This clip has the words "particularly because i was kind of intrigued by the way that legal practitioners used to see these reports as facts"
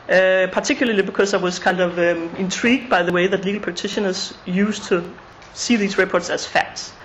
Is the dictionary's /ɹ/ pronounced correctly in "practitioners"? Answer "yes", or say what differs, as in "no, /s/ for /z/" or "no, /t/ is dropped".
no, /ɹ/ is dropped